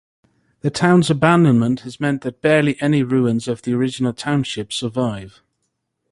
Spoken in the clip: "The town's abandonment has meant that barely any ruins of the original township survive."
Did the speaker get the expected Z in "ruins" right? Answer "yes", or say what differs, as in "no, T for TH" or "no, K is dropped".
yes